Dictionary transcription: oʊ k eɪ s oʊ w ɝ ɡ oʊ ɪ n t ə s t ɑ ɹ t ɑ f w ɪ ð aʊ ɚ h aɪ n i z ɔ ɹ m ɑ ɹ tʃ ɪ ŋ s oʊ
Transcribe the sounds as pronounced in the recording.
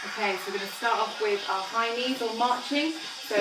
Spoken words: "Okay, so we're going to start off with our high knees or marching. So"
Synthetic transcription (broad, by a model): oʊ k eɪ s oʊ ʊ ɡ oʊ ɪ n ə s t ɑ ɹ t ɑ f w ɪ ð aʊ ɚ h aɪ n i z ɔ l m ɑ tʃ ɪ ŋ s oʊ